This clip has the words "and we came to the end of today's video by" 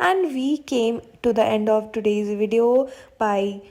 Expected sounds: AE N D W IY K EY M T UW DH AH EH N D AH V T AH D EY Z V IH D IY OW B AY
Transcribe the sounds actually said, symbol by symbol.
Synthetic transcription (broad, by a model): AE N D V IY K EY M T UW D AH EH N D AH V T AH D EY Z V IH D IY OW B AY